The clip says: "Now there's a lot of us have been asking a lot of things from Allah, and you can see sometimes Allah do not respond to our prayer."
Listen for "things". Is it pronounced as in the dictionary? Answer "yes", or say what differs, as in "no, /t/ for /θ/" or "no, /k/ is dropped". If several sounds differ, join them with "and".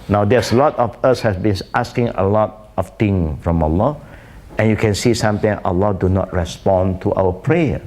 no, /z/ is dropped